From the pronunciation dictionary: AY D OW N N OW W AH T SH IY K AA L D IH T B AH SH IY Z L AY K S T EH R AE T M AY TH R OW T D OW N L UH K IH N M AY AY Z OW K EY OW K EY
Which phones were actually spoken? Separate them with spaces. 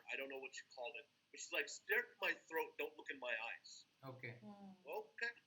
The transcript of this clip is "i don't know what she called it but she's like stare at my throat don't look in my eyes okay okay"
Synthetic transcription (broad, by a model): AY D OW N N OW W AH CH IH K AA L D IH T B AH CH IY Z L AY K S T EH R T M AY TH R OW T D OW N L UH K IH N M AY AY Z OW K EY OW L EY